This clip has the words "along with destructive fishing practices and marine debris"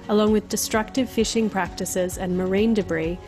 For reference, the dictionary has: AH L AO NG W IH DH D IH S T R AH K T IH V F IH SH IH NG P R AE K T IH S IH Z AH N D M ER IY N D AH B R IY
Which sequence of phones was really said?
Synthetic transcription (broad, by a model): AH L AO NG W IH DH D IH S T R AH K T IH V F IH SH IH NG P R AE K T IH S IH Z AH N M ER IY N D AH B R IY